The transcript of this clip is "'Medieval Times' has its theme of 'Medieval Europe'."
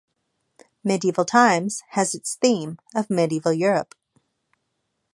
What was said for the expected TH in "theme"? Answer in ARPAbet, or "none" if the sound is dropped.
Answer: TH